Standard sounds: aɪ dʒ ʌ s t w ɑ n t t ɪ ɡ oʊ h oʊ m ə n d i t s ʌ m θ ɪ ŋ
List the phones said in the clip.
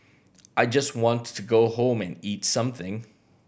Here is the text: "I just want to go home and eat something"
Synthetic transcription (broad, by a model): aɪ dʒ ʌ s t w ɑ n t t ɪ ɡ oʊ h oʊ m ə n i t s ʌ m θ ɪ ŋ